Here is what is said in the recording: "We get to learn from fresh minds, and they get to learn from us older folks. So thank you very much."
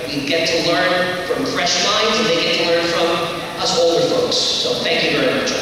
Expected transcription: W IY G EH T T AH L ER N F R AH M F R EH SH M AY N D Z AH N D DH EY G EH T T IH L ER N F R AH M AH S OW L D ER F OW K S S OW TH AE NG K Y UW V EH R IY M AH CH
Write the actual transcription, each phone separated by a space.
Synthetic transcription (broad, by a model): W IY G EH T T AH L ER N F R AH M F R EH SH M AY N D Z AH DH EY G EH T T IH L ER N F R AH M AH S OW L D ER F OW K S S OW TH AE NG K Y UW V EH R IY M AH CH